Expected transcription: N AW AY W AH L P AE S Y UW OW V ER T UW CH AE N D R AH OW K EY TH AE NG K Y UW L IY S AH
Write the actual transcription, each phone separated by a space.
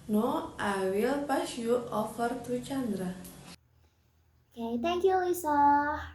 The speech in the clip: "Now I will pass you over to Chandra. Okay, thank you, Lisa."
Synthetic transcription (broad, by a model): N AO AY W AH L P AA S Y UW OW F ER T UW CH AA N D R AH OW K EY T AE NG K Y UW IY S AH